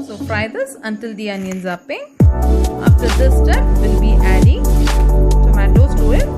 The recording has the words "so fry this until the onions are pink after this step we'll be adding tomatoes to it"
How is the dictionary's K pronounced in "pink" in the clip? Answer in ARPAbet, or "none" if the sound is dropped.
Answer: none